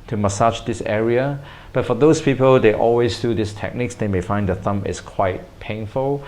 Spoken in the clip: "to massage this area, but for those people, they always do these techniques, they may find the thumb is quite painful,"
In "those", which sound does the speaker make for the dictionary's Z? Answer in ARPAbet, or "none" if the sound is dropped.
S